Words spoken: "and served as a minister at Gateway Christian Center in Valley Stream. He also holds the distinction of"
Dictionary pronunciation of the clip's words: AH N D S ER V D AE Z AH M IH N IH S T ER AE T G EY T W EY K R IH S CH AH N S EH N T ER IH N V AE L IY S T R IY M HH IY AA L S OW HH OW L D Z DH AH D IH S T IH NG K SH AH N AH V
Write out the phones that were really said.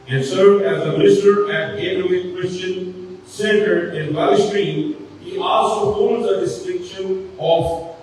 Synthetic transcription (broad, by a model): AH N S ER D AE Z AH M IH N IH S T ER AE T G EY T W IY K R IH S CH AH N S EH N T ER IH N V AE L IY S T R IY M HH IY AA L S OW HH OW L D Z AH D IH S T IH K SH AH N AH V